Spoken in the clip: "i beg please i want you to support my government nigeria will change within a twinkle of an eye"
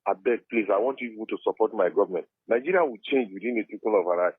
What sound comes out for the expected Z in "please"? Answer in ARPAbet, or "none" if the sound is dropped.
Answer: S